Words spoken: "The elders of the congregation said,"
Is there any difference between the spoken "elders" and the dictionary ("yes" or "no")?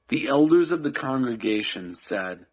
no